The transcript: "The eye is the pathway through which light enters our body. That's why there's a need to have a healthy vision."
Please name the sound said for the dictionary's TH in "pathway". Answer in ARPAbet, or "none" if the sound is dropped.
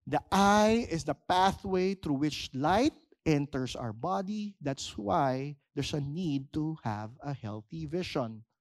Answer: TH